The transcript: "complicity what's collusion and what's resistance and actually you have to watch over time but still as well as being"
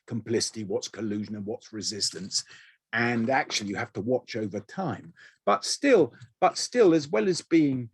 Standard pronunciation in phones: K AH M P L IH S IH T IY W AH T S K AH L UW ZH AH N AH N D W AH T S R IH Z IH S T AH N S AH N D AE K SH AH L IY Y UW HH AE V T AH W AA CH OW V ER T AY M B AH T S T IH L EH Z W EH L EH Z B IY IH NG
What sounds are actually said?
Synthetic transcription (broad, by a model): K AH M P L IH S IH T IY W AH T S K AH L UW ZH AH N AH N W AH T S R IH Z IH S T AH N S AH N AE K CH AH L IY Y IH HH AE F T AH W AA CH OW V ER T AY M B AH T S T IH L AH Z W EH L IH Z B IY IH NG